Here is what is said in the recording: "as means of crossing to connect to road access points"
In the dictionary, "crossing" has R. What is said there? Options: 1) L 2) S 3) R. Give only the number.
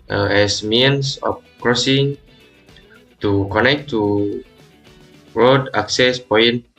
3